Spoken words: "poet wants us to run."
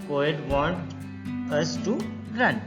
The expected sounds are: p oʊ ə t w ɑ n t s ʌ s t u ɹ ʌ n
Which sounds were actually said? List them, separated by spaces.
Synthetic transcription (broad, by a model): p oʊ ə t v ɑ n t ʌ s t u ɹ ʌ n